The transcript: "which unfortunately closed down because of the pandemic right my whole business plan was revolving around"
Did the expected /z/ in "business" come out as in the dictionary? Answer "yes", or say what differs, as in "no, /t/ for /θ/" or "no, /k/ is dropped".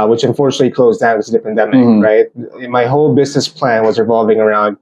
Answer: yes